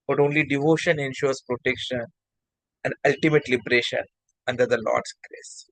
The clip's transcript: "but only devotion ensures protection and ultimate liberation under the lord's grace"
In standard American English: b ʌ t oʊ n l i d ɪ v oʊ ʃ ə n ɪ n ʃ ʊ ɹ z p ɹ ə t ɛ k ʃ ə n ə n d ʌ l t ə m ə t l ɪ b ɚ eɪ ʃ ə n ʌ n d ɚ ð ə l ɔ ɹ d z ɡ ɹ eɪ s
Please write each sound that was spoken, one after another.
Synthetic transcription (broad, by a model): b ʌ t oʊ n l i d ɪ v oʊ ʃ ə n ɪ n ʃ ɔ ɹ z p ɹ ə t ɛ k ʃ ə n ə n d ʌ l t ə m ə t l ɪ b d eɪ ʃ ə n ʌ n d ɚ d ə l ɔ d s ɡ ɹ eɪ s